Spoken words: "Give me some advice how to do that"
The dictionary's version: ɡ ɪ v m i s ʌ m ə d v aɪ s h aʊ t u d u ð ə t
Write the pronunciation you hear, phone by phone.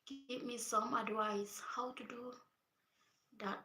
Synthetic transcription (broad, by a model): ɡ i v m i s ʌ m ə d w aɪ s h aʊ t u d u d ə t